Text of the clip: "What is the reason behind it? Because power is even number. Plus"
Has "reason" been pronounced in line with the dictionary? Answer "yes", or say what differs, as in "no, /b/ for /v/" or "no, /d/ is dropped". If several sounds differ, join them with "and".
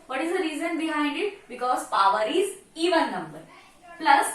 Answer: yes